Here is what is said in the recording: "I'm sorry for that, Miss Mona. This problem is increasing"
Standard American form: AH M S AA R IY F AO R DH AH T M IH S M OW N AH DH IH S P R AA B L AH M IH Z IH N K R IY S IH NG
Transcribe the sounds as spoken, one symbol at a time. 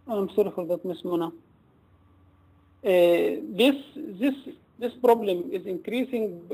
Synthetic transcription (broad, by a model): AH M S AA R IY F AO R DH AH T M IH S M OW N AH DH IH S P R AA B L AH M IH Z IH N K R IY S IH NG